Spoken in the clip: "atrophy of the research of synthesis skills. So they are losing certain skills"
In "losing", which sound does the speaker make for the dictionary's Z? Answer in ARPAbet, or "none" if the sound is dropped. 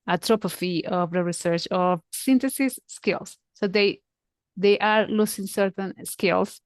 S